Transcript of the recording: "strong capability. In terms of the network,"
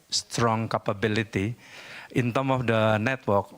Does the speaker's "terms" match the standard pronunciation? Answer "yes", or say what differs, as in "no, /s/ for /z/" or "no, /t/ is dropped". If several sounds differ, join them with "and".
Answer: no, /z/ is dropped